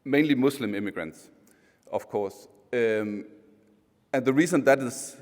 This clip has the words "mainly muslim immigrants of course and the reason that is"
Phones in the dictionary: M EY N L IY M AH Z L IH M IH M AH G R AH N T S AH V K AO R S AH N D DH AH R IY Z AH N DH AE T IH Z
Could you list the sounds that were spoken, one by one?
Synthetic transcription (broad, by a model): M EY N L IY M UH S L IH M IH M AH G R AH N T S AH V K AO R S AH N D DH AH R IY Z AH N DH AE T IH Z